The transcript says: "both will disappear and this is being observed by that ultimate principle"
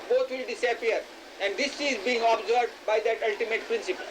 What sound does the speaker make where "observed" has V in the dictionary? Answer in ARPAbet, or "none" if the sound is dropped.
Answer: none